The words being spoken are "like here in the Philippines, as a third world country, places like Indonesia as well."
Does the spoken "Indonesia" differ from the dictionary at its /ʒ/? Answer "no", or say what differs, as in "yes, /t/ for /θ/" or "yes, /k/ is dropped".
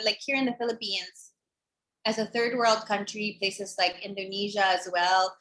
no